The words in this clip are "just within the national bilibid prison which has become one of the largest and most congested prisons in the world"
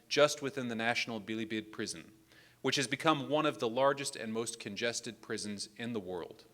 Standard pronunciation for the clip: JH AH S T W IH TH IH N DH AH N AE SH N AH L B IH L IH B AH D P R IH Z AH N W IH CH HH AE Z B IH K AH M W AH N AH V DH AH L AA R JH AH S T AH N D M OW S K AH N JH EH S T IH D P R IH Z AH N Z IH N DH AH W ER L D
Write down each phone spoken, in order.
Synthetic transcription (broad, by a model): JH AH S T W IH TH IH N DH AH N AE SH N L B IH L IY B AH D P R IH Z AH N W IH CH HH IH Z B IH K AH M W AH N AH V DH AH L AA R JH AH S T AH N M OW S K AH N JH EH S T IH D P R IH Z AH N Z IH N DH AH W ER L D